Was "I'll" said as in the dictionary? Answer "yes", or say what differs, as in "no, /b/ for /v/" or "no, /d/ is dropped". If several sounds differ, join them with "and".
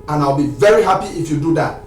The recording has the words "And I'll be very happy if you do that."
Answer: yes